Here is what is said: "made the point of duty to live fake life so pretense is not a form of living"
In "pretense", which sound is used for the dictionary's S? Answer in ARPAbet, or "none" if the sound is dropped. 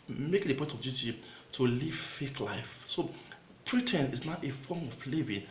none